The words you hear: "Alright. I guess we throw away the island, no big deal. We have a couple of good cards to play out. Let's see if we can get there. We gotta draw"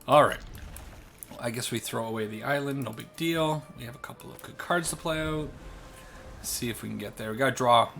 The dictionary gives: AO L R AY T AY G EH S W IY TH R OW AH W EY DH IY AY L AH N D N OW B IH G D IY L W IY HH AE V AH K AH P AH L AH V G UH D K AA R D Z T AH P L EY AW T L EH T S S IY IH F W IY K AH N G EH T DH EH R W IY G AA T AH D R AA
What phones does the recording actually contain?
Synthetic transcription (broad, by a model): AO L R AY T AY G EH S W IY TH R OW AH W EY DH IY AY L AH N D N OW B IH G D IY L W IY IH V AH K AH P L AH V G UH D K AA R D Z T AH P L EY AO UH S S IY IH F W IY K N G EH T DH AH R W IY G AA T AH D R AA